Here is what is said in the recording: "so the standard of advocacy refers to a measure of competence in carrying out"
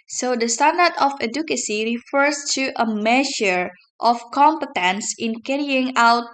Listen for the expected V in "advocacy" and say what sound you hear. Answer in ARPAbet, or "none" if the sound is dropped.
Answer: none